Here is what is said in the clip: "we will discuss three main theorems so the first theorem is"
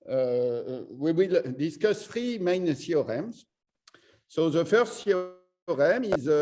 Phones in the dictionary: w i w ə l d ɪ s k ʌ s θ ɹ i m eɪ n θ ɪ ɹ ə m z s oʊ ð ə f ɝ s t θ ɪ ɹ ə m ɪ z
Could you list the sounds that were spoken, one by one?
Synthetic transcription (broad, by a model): w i w ə l d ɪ s k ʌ s f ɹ i m eɪ n s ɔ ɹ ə m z s oʊ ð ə f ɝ s t s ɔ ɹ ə m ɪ z